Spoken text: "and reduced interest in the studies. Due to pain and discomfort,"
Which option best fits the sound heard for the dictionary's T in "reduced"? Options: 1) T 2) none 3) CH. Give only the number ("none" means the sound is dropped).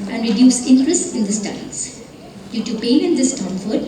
2